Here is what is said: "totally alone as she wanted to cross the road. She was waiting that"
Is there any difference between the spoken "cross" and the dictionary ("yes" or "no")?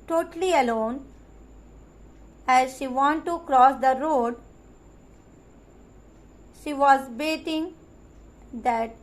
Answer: no